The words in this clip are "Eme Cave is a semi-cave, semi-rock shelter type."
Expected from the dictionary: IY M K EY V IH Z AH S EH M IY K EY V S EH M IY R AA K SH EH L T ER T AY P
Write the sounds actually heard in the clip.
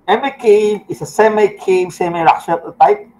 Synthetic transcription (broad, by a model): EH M K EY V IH S AH S EH M IY K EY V S EH M IY R AA K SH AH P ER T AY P